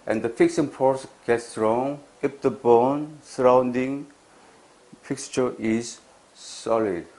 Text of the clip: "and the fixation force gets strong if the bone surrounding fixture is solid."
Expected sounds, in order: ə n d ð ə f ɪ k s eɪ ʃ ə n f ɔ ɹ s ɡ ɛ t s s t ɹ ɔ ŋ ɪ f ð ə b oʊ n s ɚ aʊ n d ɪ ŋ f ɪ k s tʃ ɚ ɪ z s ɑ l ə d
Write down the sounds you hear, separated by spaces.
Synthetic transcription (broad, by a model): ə n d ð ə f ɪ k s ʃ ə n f ɔ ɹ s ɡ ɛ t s s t ɹ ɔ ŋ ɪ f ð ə b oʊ n s ɚ aʊ n d ɪ ŋ f ɪ k s tʃ ɚ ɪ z s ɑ l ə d